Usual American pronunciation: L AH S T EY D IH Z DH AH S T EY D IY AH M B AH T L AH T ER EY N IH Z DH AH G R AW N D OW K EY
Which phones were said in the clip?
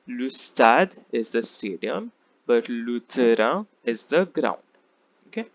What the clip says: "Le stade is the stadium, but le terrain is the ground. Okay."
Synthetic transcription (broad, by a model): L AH S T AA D IH Z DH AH S T EY D IY AH M B AH T L AH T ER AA IH Z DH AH G R AW N D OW K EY